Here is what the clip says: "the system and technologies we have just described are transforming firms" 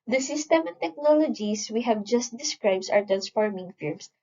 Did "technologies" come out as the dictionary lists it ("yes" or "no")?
no